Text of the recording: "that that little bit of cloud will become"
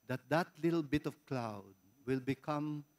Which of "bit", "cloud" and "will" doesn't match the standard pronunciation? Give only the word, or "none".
none